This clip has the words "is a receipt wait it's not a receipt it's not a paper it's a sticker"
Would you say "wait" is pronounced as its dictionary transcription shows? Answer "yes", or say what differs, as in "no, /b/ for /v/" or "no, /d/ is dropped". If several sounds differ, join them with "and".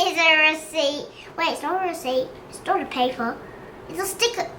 no, /t/ is dropped